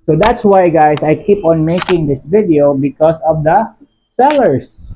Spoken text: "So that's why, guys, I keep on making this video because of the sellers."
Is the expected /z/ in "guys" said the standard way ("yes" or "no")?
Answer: no